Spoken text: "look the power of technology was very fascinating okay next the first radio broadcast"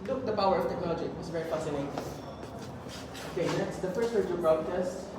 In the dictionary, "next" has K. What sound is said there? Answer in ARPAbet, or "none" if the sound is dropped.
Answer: none